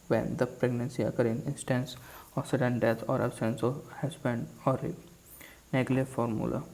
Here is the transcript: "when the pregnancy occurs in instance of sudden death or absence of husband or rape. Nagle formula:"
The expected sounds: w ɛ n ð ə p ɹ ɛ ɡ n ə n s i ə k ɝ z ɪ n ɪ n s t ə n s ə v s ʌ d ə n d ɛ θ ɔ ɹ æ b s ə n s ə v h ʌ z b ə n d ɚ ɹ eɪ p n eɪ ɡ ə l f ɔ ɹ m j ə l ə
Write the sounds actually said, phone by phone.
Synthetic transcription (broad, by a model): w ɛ n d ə p ɹ ɛ ɡ n ə n s i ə k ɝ ɪ n ɪ n s t ə n s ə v s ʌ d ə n d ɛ t ɔ ɹ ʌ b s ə n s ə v h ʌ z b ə n d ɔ ɹ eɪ n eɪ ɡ l f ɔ ɹ m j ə l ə